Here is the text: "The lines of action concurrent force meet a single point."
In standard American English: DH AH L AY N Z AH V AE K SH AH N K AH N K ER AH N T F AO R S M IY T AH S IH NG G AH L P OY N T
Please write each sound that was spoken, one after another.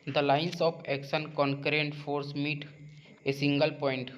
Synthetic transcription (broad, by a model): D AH L AY N S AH P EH K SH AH N K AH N K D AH N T F AO R S M IY T AH S IH NG G AH L P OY N T